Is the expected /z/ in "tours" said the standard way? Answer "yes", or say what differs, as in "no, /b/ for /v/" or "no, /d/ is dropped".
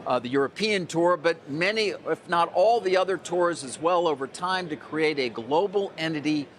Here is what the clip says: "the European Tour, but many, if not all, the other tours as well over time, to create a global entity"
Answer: yes